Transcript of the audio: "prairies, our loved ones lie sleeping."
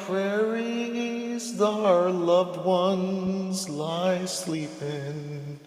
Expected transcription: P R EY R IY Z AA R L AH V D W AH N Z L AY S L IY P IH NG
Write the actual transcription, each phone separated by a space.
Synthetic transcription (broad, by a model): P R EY R IY Z AA R L AH V D W AH N Z L AY S L IY P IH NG